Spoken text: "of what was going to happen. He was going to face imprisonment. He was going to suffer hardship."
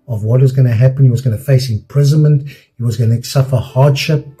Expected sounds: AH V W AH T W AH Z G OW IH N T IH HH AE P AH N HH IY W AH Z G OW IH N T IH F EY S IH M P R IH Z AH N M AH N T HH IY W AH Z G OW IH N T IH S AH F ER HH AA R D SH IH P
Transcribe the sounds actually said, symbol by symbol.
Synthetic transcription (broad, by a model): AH V W AH T W AH Z G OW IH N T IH HH AE P AH N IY W AH Z G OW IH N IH F EY S IH M P R IH Z AH N M AH N T HH IY W AH Z G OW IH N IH S AH F ER HH AA R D SH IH P